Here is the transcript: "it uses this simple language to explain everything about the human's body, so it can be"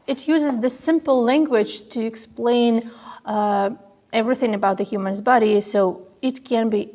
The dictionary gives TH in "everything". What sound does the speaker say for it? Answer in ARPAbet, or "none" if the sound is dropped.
TH